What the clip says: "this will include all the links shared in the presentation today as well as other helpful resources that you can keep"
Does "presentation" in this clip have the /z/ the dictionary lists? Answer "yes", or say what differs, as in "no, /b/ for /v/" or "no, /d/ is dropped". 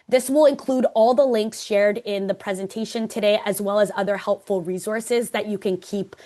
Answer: yes